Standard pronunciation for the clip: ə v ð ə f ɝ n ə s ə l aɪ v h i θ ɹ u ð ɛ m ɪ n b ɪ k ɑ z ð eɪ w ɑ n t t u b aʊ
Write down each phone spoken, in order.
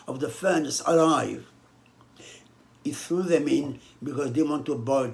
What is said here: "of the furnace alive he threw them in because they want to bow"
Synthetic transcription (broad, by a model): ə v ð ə f ɝ n ə s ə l aɪ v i θ ɹ u ð ɛ m ɪ n b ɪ k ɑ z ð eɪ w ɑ n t t u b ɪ